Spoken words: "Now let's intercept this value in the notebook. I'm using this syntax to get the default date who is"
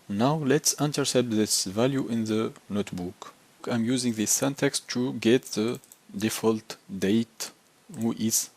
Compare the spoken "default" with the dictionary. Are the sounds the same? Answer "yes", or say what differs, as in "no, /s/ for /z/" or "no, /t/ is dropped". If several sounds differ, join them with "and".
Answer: yes